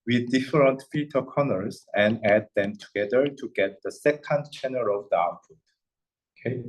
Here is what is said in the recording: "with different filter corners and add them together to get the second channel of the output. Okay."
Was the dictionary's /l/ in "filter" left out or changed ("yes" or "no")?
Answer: yes